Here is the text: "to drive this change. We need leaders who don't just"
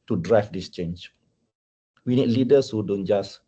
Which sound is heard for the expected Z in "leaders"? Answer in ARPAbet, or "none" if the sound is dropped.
S